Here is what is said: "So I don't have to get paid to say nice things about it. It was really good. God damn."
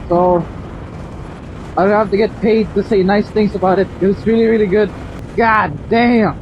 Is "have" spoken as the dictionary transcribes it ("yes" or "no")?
no